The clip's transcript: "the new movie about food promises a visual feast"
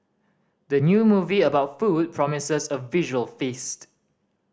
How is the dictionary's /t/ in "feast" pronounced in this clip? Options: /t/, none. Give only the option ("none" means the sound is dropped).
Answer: /t/